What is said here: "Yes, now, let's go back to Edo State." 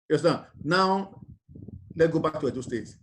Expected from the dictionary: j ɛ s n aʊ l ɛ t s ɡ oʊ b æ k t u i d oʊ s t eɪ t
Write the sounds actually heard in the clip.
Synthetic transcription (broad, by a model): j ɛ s n aʊ l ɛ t ɡ oʊ b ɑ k t u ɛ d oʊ s t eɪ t